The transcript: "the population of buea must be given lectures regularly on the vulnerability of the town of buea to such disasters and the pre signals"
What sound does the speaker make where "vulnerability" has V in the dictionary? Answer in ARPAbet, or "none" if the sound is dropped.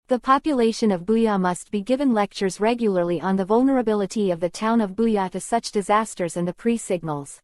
V